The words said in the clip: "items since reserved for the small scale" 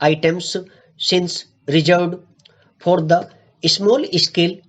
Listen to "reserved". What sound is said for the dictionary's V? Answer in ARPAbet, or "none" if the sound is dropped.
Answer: none